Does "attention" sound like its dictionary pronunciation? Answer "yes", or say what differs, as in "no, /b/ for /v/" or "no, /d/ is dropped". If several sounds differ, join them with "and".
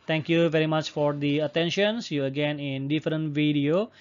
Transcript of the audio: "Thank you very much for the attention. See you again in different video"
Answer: yes